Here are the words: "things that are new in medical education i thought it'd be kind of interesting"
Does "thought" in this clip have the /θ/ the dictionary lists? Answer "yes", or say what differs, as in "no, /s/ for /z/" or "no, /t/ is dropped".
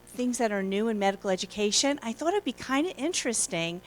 yes